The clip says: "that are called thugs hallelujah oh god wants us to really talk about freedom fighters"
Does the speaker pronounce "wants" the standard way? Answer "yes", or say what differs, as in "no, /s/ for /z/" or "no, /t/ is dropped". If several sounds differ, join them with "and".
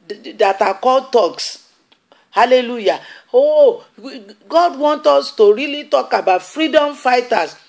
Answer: no, /s/ is dropped